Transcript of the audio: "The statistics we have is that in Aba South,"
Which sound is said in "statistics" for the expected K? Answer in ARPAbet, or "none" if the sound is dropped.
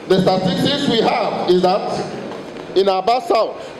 none